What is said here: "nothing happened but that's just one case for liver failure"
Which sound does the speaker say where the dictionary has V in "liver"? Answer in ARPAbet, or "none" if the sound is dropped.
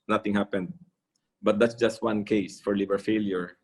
B